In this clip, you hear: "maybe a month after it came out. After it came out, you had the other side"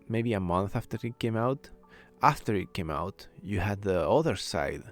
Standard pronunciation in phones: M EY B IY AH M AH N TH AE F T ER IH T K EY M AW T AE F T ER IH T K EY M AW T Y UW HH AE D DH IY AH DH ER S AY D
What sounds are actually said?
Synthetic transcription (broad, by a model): M EY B IY AH M AH N TH AE F T ER IH T K EY M AW T AE F T ER IH T K EY M AW T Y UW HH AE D DH IY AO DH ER S AY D